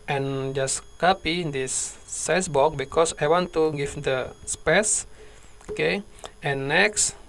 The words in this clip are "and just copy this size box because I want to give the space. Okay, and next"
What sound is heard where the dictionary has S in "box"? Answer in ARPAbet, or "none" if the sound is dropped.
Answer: none